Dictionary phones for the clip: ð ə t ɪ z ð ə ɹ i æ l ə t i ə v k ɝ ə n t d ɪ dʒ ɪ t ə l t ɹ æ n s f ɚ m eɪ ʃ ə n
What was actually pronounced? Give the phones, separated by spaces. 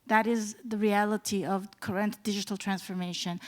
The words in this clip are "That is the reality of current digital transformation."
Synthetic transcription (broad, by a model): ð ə t ɪ z ð ə ɹ i æ l ə t i ə v k ɝ ə n t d ɪ dʒ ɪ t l t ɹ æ n s f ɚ m eɪ ʃ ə n